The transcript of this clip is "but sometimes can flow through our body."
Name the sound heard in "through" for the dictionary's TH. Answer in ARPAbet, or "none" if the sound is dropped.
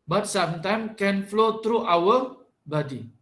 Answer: T